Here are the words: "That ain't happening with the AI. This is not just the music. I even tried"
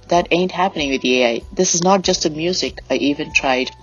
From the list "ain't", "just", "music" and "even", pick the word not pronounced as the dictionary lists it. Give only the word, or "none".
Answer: none